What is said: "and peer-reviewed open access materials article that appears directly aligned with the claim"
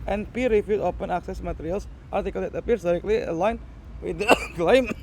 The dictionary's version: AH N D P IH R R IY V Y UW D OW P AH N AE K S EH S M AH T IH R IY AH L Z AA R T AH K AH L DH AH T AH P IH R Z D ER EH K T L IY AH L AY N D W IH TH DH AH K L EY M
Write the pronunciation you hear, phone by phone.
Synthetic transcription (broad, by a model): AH N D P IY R R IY F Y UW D OW P AH N AE K S EH S M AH T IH R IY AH L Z AA R T AH K AH L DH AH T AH P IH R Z D ER EH K T L IY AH L AY N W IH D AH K L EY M